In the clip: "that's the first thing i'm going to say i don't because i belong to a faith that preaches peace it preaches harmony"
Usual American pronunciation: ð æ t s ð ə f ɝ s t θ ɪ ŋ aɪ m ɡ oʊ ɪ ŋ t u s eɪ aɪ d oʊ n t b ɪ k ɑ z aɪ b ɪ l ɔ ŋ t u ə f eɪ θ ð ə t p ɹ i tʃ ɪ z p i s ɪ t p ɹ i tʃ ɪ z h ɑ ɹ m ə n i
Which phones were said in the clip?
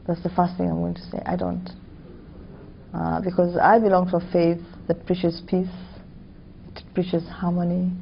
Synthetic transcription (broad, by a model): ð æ t s ð ə f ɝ s t θ ɪ ŋ aɪ m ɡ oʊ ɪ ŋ t u s eɪ aɪ d oʊ n t b ɪ k ɑ z aɪ b ɪ l ɔ ŋ t u ə f eɪ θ ð ə t p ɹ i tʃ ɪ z p i s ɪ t p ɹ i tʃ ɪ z h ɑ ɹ m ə n i